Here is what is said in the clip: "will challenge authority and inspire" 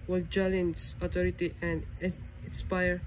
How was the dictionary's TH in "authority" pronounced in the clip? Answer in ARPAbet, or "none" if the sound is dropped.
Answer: T